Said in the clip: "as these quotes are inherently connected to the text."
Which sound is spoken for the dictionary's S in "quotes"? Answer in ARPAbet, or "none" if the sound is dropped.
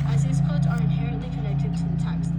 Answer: none